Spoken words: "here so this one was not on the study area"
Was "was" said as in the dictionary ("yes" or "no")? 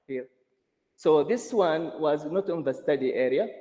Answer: yes